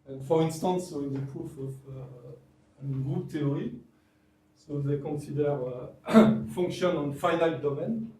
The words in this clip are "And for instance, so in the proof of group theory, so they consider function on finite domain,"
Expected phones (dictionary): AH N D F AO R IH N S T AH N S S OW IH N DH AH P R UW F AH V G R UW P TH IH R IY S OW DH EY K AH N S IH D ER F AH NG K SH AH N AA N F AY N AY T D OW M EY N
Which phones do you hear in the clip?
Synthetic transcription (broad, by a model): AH N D F AO R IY N S T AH N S S OW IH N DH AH P R UW F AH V G R UW P T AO R IY S OW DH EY K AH N S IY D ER F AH NG K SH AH N AA N F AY L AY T D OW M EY N